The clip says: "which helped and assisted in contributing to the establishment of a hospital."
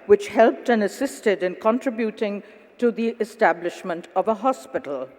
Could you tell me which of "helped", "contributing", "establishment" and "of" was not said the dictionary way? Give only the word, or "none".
none